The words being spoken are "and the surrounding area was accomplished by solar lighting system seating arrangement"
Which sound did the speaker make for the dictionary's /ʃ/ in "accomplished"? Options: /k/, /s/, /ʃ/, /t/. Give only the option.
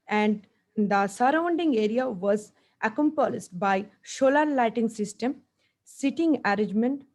/s/